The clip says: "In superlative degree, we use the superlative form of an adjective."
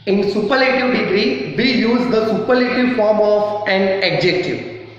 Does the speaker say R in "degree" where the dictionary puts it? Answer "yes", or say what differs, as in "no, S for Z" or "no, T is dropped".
yes